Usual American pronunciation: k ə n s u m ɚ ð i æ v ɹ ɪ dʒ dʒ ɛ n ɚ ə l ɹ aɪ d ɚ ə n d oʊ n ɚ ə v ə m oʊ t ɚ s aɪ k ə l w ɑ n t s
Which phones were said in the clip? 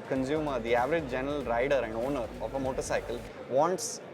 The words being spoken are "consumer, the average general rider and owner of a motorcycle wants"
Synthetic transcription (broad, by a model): k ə n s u m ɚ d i æ v ɹ ɪ dʒ dʒ ɛ n ɚ ə l ɹ aɪ d ɚ ə n d oʊ n ɚ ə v ə m oʊ t ɚ s aɪ k ə l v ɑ n t s